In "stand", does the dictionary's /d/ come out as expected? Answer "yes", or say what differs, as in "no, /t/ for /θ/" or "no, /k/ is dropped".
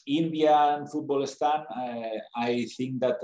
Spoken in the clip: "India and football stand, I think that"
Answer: no, /d/ is dropped